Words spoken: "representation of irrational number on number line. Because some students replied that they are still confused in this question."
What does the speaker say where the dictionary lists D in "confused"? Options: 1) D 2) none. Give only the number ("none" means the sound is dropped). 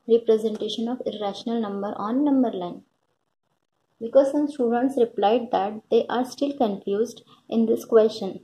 1